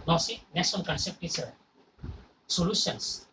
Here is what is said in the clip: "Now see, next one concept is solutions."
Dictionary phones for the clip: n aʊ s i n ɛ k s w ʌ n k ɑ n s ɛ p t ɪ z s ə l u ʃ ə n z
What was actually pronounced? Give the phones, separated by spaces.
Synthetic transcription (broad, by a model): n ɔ s i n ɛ s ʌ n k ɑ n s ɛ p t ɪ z s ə l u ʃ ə n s